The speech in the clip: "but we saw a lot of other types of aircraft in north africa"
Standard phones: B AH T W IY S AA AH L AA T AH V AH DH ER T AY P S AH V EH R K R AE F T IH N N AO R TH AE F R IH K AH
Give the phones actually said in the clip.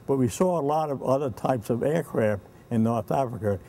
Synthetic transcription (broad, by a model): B AH T W IY S AA AH L AA T AH V AH DH ER T AY P S AH V EH R K R AE F T IH N N AO R TH AE F R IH K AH